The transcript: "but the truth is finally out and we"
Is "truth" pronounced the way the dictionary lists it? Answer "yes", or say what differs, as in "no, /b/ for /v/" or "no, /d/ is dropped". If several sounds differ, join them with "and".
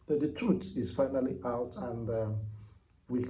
no, /t/ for /θ/